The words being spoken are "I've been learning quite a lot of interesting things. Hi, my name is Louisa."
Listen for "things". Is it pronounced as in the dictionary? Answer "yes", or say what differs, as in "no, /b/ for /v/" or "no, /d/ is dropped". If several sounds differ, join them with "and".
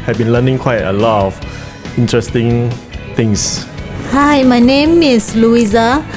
no, /t/ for /θ/ and /s/ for /z/